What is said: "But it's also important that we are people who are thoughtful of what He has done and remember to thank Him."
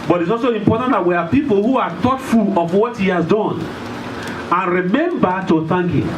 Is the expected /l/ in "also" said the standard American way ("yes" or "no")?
yes